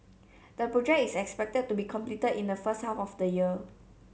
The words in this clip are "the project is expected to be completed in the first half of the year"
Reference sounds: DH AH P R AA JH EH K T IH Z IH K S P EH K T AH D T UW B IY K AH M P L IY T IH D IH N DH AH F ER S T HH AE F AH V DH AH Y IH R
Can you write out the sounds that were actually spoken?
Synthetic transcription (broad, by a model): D AH P R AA JH EH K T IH S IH K S P EH K T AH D T UW B IY K AH M P L IY T IH D IH N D AH F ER S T HH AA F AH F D AH Y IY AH